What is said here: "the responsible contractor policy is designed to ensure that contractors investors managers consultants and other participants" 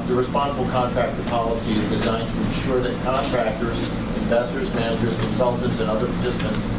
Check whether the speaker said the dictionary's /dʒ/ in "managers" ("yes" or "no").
yes